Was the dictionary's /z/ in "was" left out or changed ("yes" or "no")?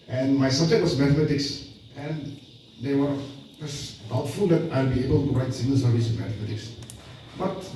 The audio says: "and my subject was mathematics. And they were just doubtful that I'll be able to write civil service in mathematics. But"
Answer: yes